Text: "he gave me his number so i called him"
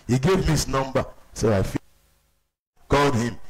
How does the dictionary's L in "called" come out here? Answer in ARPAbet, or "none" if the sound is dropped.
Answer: L